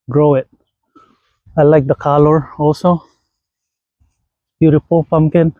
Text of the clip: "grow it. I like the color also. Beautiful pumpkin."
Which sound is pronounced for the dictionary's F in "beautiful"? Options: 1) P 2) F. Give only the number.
1